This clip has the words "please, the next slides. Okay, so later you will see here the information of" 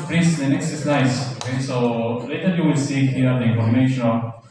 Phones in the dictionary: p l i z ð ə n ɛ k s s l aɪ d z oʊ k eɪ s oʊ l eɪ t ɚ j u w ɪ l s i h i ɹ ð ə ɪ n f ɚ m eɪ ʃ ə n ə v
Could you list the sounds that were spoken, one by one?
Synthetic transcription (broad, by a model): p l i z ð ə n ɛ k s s n aɪ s oʊ k eɪ s oʊ l eɪ t ɚ j u w ɪ l s i h i ɹ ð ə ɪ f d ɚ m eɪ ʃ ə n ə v